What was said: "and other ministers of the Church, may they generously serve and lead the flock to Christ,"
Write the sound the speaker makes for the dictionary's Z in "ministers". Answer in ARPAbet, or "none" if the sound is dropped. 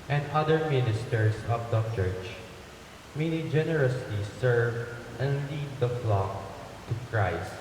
S